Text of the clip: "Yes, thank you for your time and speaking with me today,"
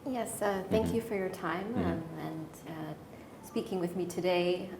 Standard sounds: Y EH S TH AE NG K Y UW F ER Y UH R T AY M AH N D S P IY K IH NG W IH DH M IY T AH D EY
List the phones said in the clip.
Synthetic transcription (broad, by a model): Y EH S TH AE NG K Y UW F ER Y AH R T AY M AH N S P IY K IH NG W IH DH M IY T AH D EY